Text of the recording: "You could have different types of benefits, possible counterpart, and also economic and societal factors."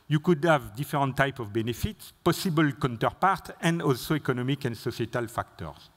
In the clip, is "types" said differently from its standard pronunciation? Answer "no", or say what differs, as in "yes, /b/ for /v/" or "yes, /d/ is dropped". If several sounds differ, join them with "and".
yes, /s/ is dropped